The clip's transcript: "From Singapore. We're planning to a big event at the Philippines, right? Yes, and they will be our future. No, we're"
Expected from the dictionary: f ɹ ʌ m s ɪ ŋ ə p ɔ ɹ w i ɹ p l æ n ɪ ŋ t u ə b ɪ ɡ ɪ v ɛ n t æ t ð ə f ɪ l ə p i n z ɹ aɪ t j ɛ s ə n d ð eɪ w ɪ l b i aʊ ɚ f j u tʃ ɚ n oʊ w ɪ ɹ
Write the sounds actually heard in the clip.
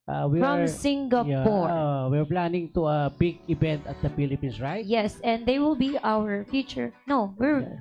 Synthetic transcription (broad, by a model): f ɹ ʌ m s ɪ ŋ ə p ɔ ɹ w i ɹ p l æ n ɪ ŋ t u ə b ɪ ɡ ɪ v ɛ n t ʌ t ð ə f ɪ l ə p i n s ɹ aɪ t j ɛ s ə n d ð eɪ w ɪ l b i aʊ ɚ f j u tʃ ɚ n oʊ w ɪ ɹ